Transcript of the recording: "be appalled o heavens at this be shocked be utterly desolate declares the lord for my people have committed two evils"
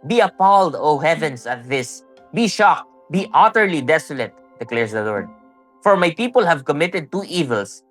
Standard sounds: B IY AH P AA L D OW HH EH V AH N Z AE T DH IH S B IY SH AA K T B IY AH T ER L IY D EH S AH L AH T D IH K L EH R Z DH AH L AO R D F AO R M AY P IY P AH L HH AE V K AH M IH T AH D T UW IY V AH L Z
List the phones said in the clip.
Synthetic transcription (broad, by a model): B IY AH P AA L D OW HH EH V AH N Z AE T DH IH S B IY SH AA K T B IY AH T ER L IY D EH S AH L AH T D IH K L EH R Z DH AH L AO R D F AO R M AY P IY P AH L HH AE V K AH M IH T AH D T UW IY V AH L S